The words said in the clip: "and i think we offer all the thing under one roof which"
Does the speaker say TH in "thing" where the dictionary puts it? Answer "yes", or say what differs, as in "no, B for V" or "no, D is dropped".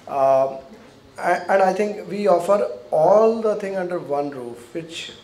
no, T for TH